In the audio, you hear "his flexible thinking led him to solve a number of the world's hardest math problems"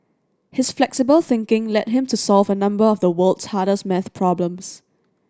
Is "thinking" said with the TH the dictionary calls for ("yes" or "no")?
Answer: yes